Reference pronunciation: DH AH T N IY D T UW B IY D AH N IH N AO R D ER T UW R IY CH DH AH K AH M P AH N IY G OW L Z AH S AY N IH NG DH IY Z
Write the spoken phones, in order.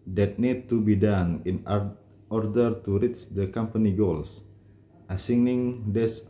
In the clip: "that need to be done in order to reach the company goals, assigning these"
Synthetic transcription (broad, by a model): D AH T N IY D T UW B IY D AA N IH N AO R D ER T UW R IY CH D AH K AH M P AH N IY G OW L S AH S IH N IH NG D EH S